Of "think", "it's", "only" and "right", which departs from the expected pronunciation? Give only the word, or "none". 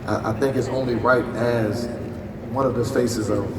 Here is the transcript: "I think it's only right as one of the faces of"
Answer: none